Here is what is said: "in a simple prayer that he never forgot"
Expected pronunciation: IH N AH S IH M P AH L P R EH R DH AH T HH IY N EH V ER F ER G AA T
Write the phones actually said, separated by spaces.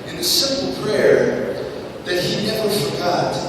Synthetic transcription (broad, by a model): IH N AH S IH M P L P R EH R DH AH T HH IY N EH V ER F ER G AA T